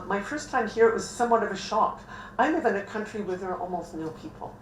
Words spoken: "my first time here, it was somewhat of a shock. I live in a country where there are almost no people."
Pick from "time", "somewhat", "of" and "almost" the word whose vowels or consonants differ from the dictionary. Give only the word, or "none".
none